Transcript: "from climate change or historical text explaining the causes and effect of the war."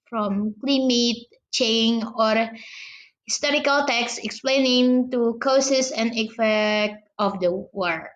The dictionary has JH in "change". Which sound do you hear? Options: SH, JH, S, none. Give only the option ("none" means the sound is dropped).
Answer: none